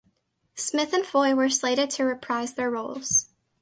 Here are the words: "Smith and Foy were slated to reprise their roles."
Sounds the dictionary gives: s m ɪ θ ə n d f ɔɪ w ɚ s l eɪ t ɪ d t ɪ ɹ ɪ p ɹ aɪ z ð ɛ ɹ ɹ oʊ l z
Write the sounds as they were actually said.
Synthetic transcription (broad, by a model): s m ɪ θ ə n f ɔɪ w ɚ s l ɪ t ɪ d t ɪ ɹ ɪ p ɹ aɪ z ð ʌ ɹ ɹ oʊ l z